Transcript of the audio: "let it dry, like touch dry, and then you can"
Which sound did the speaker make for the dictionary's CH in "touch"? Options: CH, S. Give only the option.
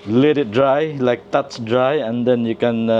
S